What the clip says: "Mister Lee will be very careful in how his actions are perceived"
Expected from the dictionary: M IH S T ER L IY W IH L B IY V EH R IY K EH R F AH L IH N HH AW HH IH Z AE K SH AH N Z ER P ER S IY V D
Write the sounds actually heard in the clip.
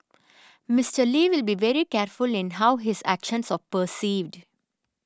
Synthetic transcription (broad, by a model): M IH S T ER L IY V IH L B IY V EH R IY K EH R F AH L IH N HH AW HH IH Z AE K SH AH N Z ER P ER S IY V D